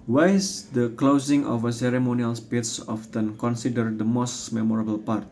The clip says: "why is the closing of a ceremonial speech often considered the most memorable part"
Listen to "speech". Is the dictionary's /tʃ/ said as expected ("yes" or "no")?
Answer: no